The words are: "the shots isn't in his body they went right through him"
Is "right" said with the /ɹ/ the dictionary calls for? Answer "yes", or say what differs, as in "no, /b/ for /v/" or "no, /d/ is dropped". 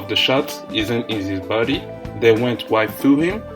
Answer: no, /w/ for /ɹ/